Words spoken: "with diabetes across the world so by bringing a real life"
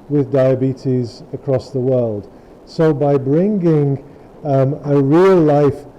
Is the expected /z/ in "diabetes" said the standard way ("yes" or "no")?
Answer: yes